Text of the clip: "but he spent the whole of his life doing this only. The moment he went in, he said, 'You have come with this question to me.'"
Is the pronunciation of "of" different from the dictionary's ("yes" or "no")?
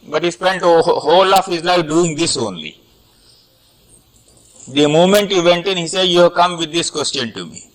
yes